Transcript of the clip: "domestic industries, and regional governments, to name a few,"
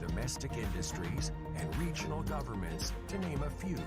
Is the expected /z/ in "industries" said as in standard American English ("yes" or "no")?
yes